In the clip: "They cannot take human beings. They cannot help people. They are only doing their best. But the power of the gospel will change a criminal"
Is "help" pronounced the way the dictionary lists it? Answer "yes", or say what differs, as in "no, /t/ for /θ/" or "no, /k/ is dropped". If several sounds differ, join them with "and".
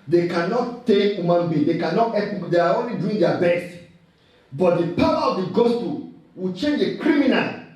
no, /l/ is dropped